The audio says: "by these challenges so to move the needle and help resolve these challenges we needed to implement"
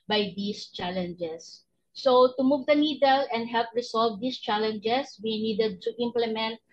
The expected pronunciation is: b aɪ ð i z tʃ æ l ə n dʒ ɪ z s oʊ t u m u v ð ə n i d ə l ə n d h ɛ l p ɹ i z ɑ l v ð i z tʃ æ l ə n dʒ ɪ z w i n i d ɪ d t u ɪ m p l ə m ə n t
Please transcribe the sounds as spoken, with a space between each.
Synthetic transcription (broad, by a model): b aɪ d i s tʃ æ l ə n dʒ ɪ s oʊ t u m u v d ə n i d ə l ə n d h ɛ l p ɹ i s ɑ l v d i s tʃ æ l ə n dʒ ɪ s w i n i d ɪ d t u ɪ m p l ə m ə n t